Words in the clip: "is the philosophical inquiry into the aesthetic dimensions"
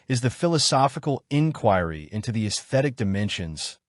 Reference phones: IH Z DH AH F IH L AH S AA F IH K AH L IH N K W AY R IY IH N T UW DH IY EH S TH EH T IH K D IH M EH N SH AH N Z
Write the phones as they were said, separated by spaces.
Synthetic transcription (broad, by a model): IH Z DH AH F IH L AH S AA F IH K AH L IH N K W AY R IY IH N T UW DH IY EH S TH EH T IH K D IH M EH N SH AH N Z